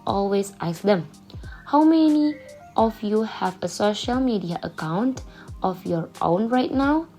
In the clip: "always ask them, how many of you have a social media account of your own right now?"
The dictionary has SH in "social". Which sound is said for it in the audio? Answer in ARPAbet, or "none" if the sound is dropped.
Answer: SH